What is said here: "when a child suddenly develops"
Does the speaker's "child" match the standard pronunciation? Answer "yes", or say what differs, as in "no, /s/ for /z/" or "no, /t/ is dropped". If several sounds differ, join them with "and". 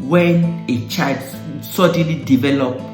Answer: no, /l/ is dropped